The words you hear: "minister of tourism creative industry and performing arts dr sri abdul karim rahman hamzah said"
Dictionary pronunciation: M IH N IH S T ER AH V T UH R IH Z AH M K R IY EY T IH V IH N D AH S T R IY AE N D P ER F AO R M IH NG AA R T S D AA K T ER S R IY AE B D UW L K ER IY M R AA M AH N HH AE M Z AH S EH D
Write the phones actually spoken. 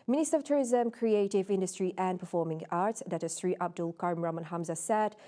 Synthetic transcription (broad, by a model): M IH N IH S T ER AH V T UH R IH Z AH M K R IY EY T IH V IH N D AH S T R IY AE N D P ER F AO R M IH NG AA R T S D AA T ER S R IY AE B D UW L K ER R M R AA M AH N HH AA M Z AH S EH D